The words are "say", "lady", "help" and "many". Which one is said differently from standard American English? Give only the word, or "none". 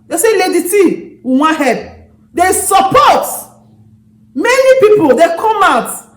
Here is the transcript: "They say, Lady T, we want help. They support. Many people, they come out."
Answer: help